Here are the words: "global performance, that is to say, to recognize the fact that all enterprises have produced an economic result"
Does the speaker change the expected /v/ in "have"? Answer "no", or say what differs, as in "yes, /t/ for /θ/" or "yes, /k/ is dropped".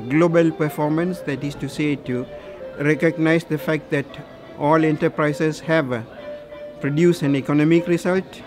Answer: no